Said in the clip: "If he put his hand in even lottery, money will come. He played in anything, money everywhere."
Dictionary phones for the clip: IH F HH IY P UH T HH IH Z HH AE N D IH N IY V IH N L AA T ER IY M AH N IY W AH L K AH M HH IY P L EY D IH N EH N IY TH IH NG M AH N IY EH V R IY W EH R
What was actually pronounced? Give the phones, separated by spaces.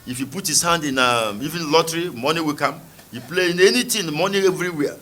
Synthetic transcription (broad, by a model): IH F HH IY P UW T HH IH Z HH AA N D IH N IY V IH N L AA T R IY M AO N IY W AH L K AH M HH IY P L EY IH N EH N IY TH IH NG M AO N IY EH V R IY W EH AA